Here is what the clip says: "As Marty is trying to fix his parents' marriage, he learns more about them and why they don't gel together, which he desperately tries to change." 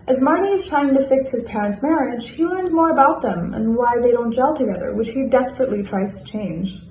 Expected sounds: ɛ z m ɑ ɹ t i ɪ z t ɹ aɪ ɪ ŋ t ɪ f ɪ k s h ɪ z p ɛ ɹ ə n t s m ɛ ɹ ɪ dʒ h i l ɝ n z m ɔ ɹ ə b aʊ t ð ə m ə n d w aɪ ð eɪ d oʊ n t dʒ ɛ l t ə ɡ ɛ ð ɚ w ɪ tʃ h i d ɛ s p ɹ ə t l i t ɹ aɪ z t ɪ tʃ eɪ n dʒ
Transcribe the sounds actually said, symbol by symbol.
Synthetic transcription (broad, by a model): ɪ z m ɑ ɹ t i ɪ z t ɹ aɪ ɪ ŋ t ɪ f ɪ k s h ɪ z p ɛ ɹ ə n t s m ɛ ɹ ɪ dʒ h i l ɝ n z m ɔ ɹ ə b aʊ t ð ə m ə n w aɪ ð eɪ d oʊ n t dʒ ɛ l t ə ɡ ɛ ð ɚ w ɪ tʃ h i d ɛ s p ɹ ə t l i t ɹ aɪ z t ɪ tʃ eɪ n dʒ